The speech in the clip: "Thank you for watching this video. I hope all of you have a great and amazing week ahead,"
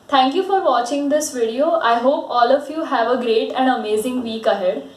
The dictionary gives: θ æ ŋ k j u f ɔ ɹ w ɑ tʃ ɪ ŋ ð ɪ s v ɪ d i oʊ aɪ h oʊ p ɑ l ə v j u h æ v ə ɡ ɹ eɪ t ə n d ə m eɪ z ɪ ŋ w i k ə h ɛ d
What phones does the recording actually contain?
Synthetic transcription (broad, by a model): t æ ŋ k j u f ɔ ɹ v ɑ tʃ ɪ ŋ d ɪ s v ɪ d i oʊ aɪ h oʊ p ɑ l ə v j u h æ v ə ɡ ɹ eɪ t ə n d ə m eɪ z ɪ ŋ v i k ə h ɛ d